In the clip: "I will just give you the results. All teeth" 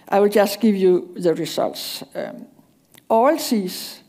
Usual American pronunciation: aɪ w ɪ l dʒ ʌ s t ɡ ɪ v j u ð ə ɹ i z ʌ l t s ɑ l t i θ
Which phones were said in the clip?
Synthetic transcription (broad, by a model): aɪ w ɪ l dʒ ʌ s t ɡ ɪ v j u ð ə ɹ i s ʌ l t s ɑ l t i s